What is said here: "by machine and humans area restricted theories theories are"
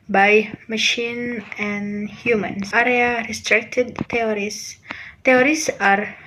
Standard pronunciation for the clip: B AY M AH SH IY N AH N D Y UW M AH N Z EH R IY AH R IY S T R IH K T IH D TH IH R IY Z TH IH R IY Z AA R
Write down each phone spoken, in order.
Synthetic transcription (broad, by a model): B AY M AH SH IY N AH N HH Y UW M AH N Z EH R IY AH R IY S T R IH K T IH D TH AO R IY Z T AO R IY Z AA R